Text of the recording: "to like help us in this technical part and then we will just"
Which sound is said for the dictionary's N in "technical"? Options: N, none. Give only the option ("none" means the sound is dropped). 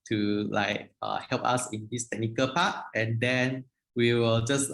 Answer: N